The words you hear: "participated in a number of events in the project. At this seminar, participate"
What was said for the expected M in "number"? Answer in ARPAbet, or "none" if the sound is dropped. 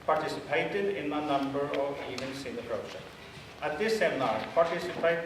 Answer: M